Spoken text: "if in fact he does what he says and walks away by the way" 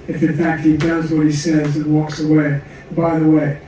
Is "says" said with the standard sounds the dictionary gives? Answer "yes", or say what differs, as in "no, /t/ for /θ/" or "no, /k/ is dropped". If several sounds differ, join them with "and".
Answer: yes